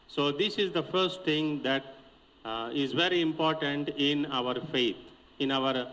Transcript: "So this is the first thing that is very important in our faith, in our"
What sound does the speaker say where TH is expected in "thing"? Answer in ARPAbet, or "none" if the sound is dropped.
T